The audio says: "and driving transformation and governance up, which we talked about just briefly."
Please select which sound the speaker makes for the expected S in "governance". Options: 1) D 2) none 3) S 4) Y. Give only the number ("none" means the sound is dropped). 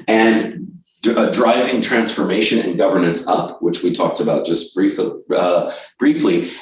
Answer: 3